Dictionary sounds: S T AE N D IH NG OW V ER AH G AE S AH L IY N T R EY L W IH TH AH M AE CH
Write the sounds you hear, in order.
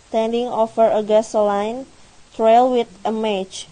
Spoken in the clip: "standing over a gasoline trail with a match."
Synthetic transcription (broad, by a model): T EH N D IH NG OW F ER AH G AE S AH L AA N T R EY L W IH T AH M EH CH